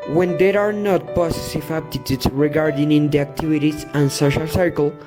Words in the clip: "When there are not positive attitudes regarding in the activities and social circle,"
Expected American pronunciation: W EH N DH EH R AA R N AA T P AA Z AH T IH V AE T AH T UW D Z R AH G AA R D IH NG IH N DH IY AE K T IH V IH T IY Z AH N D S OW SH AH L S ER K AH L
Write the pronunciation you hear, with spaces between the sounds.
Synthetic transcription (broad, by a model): W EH N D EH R AA R N AA T P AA S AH S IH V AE T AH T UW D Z R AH G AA R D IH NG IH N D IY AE K T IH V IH T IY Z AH N S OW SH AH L S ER K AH L